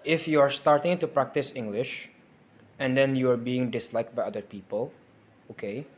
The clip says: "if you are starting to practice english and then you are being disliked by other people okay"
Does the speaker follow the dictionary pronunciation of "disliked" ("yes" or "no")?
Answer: yes